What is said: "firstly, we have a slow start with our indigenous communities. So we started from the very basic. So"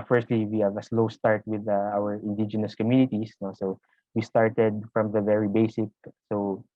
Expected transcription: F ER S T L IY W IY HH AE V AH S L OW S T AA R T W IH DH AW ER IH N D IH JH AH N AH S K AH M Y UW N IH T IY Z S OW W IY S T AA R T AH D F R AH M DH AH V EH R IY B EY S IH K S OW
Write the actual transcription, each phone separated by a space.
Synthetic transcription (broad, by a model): F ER S T L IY W IY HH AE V AH S L OW S T AA R T W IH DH AW ER IH N D IH JH AH N AH S K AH M Y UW N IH T IY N S OW W IY S T AA R T AH D F R AH M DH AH V EH R IY B EY S IH K S OW